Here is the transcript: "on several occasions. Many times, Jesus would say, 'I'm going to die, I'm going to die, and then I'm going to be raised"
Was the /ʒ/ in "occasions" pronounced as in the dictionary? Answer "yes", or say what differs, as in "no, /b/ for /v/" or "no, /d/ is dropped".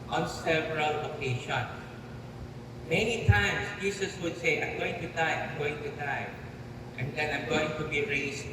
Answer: no, /ʃ/ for /ʒ/